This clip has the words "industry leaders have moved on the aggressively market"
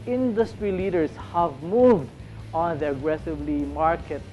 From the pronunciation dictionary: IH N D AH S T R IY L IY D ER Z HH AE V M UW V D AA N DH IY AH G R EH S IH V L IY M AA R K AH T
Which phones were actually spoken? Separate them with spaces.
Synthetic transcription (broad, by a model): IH N D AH S T R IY L IY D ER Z HH AE V M UW V D AA N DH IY AH G R EH S IH V L IY M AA R K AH T